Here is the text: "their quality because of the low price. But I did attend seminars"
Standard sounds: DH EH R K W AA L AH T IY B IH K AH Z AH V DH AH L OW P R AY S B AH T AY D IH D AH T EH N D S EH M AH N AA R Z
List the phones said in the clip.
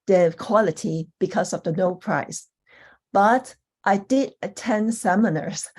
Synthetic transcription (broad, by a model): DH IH K W AA L AH T IY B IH K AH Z AH V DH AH N OW P R AY S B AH T AY D IH D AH T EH N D S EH M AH N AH R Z